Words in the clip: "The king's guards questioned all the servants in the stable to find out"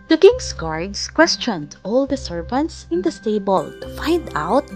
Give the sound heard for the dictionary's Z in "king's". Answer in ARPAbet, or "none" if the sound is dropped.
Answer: S